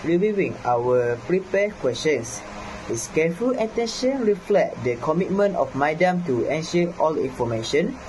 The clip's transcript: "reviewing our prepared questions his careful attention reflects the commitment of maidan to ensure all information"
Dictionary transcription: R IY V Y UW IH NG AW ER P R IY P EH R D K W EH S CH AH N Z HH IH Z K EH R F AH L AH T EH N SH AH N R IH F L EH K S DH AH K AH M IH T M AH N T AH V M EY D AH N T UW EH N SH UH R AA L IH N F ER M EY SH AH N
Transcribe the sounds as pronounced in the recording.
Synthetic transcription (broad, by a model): R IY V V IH NG AW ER P R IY P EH K W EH S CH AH N S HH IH S K EH F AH L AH T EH N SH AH N R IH F L EH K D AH K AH M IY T M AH N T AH F M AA D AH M T UW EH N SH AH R AA L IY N F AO M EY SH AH N